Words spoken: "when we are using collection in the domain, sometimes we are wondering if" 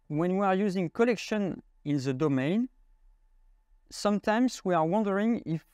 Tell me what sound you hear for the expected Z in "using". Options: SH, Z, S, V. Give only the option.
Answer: Z